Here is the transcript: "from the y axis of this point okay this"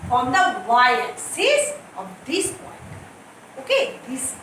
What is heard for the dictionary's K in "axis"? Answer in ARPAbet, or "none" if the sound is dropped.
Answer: none